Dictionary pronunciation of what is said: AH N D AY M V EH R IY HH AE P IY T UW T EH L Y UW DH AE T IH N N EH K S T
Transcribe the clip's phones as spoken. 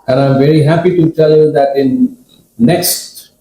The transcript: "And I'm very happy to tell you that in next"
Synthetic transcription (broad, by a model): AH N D AY M V EH R IY HH AE P IY T UW T EH L Y UW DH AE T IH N N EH K S T